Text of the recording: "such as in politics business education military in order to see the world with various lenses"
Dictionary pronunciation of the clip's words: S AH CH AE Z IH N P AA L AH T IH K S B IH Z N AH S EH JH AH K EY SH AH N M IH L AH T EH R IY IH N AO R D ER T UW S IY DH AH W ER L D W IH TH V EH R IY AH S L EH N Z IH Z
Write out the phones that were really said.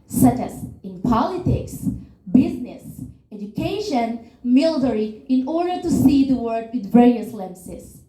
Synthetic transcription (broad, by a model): S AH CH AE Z IH N P AA L AH T IH K S B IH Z N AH S EH JH AH K EY SH AH N M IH L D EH R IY IH N AO R D ER T UW S IY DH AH W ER D W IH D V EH R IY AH S L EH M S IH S